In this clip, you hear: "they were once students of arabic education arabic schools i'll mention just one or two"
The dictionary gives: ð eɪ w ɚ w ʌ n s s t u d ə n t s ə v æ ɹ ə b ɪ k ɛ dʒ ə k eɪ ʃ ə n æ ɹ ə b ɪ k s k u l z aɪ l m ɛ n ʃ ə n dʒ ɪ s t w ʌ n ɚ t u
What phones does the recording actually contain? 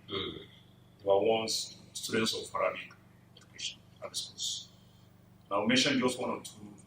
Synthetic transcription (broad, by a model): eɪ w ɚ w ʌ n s s t u d ə n t s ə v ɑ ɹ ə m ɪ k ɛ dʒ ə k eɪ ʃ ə n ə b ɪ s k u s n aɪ w m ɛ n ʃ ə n dʒ ɪ s t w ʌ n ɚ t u